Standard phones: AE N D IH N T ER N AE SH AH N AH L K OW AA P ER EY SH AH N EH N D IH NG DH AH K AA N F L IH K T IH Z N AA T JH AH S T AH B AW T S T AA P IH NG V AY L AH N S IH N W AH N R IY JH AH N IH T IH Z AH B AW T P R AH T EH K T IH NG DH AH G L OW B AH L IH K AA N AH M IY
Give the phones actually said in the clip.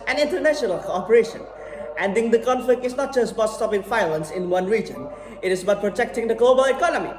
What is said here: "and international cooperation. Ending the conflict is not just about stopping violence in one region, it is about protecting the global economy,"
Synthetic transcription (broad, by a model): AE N IH N T ER N AE SH AH N AH L K OW AA P ER EY SH AH N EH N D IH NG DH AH K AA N F L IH K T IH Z N AA T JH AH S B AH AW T S T AA P IH NG F AY L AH N S IH N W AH N R IY JH AH N IH T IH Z B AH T P R AH T EH K T IH NG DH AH G L OW B AH L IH K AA N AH M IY